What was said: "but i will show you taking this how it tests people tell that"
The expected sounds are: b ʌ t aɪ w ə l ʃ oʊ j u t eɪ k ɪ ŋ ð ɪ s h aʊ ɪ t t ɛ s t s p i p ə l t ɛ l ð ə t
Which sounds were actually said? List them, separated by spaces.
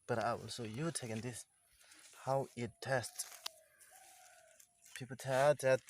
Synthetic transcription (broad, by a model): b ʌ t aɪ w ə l s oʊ j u t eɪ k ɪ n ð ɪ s h aʊ ɪ t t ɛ s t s p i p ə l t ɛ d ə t